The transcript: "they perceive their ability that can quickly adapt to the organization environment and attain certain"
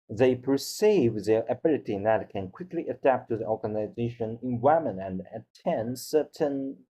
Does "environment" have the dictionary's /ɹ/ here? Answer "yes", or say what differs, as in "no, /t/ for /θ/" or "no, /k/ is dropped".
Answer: no, /ɹ/ is dropped